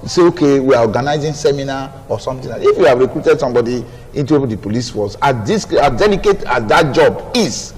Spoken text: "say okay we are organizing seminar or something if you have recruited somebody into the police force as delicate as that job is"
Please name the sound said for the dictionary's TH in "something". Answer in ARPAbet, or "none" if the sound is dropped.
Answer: T